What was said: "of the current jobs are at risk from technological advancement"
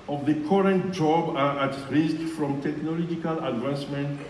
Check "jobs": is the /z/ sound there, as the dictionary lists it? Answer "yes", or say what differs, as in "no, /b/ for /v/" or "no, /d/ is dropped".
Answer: no, /z/ is dropped